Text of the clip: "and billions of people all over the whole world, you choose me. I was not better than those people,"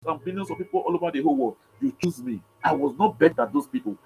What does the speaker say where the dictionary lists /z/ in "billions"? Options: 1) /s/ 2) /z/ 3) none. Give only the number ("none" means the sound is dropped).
1